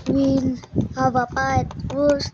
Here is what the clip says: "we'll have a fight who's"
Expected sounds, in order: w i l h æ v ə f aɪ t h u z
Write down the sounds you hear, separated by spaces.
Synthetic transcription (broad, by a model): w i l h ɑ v ə p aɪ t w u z